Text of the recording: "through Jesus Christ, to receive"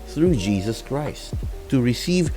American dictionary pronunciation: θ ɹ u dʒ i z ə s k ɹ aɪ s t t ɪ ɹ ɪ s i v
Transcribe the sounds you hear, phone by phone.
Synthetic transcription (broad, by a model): θ ɹ u dʒ i z ə s k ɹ aɪ s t t ɪ ɹ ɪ s i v